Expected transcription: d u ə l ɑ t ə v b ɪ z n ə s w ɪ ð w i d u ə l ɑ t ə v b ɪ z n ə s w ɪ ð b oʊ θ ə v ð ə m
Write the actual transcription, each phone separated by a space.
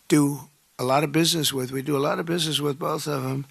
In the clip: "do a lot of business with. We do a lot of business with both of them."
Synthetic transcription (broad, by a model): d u ə l ɑ t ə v b ɪ z n ə s w ɪ ð w i d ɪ ə l ɑ t ə v b ɪ z n ə s w ɪ ð b oʊ θ ə v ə m